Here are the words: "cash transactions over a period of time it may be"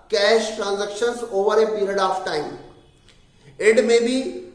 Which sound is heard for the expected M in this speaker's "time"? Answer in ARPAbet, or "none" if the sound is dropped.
none